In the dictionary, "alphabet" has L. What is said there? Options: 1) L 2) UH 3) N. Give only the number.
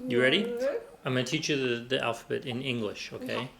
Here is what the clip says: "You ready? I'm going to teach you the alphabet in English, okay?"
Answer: 1